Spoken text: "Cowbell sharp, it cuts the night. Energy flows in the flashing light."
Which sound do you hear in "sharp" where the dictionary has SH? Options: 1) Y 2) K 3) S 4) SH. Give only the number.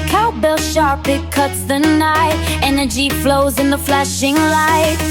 4